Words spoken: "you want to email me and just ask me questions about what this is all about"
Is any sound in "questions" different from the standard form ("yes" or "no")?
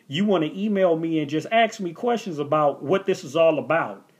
no